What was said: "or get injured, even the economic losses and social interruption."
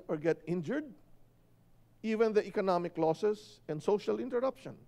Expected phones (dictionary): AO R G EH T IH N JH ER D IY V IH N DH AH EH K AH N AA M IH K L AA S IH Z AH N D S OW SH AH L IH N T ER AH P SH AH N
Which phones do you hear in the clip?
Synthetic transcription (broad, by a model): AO R G EH T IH N JH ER D IY V IH N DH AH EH K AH N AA M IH K L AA S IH S AH N D S OW SH AH L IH N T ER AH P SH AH N